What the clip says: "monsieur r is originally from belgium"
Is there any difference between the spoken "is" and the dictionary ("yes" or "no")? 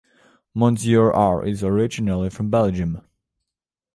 no